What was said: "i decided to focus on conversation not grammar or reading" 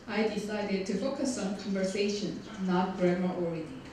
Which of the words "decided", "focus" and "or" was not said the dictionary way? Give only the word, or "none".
or